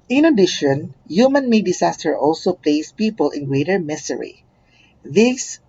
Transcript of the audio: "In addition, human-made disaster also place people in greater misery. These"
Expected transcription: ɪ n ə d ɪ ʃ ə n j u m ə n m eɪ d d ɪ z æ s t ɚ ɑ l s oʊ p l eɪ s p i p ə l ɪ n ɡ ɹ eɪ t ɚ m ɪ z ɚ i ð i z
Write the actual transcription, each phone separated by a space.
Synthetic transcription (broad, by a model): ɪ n ə d ɪ ʃ ə n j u m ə n m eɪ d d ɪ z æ s t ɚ ɑ l s oʊ p l eɪ s p i p ə l ɪ n ɡ ɹ eɪ t ɚ m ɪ s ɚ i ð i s